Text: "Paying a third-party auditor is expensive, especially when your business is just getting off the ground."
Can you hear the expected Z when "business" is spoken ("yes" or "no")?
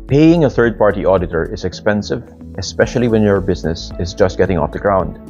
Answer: yes